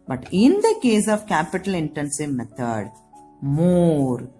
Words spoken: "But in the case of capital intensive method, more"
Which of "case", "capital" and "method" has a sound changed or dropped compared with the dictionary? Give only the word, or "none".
method